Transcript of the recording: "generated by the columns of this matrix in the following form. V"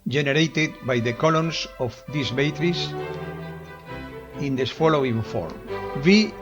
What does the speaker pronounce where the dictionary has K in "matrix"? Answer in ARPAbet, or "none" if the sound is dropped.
none